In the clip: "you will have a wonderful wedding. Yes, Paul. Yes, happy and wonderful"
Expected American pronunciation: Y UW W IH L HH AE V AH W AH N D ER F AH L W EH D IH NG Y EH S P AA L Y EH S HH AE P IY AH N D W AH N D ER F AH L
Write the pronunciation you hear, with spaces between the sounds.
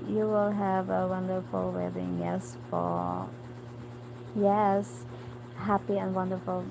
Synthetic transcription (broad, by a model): Y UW W IH L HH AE V AH W AH N D ER F AH L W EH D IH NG Y EH S F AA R Y EH S HH AE P IY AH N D W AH N D ER F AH L